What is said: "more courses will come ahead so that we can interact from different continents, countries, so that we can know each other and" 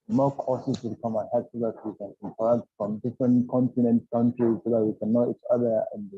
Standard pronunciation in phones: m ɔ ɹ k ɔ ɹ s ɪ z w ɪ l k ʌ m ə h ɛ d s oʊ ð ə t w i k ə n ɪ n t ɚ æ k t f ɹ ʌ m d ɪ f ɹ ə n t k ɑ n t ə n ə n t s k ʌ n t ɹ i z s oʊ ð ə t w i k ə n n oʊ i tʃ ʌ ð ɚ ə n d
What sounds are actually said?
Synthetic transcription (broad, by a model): m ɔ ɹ k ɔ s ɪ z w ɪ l k ʌ m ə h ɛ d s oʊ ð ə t w i k ə n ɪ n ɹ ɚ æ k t f ɹ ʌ m d ɪ f ɹ ə n t k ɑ n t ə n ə n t k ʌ n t ɹ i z s oʊ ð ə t w i k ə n n oʊ i tʃ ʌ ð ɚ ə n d